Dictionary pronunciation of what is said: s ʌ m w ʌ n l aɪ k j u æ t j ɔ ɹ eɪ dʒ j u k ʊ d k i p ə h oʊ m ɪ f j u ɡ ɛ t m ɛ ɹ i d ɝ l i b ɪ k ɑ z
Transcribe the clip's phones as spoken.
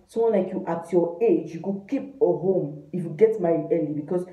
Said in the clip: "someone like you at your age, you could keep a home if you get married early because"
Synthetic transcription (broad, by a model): s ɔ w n l aɪ k j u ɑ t j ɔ eɪ dʒ j u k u k i p ə h oʊ m ɪ f j u ɡ ɛ t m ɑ i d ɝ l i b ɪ k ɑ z